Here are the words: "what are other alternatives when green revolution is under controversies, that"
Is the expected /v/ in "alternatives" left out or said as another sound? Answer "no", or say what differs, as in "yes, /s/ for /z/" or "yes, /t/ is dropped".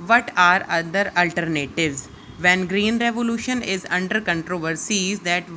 no